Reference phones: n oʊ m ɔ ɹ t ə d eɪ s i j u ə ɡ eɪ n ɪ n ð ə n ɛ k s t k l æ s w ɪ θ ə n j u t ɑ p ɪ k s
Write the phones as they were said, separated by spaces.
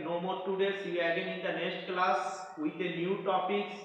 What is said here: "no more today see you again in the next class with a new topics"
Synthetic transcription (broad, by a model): n oʊ m ɔ ɹ t ə d eɪ s i ə ɡ eɪ n ɪ n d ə n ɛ s t k l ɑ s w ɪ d ə n j u t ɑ p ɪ k s